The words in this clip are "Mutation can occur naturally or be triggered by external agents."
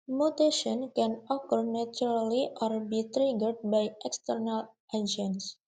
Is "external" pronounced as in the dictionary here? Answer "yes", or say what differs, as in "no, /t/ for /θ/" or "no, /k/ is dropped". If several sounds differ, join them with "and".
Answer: yes